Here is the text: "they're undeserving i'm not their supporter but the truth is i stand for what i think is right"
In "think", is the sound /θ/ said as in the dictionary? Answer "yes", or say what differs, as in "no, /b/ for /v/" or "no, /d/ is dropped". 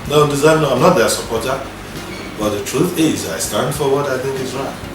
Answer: yes